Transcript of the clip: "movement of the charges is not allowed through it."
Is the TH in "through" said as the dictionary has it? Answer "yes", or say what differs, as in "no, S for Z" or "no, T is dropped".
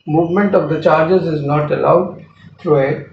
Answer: no, T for TH